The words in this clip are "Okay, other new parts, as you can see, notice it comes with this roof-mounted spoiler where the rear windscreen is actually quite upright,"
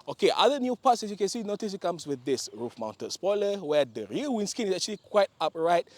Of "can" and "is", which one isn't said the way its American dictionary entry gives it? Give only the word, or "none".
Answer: is